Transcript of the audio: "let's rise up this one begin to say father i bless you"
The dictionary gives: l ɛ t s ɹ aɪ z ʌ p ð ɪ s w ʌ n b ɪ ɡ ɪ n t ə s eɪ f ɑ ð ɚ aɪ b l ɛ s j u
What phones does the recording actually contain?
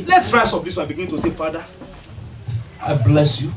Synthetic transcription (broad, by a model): l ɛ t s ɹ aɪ s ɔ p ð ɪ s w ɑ b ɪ ɡ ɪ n t ə s eɪ f ɑ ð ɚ aɪ b l ɛ s j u